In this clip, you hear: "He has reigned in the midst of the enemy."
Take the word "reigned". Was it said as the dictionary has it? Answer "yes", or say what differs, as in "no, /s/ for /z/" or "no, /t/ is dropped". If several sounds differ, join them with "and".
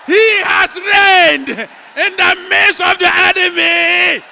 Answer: yes